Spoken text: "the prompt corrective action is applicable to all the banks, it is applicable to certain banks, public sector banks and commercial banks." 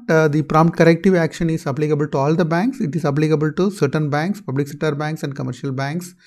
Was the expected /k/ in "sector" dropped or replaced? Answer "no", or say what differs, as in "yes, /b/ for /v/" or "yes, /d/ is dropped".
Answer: yes, /k/ is dropped